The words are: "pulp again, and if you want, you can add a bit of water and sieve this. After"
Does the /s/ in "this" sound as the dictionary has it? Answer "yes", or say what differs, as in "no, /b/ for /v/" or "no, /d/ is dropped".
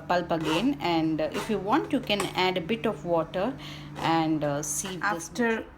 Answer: no, /s/ is dropped